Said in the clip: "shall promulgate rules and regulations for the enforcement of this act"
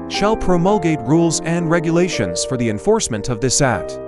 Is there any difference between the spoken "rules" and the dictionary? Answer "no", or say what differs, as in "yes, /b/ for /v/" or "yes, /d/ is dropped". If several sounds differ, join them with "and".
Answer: no